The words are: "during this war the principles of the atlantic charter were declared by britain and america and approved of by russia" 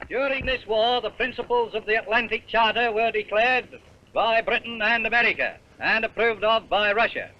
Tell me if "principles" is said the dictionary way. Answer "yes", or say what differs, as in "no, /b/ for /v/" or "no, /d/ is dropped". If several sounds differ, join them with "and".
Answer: yes